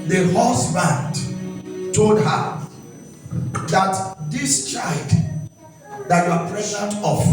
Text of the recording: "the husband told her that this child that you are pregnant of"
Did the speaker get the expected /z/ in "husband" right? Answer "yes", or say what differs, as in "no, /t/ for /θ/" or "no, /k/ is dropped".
no, /s/ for /z/